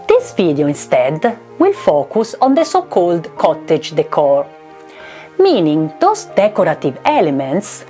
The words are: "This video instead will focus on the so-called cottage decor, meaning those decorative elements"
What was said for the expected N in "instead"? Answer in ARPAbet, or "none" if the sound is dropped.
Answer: N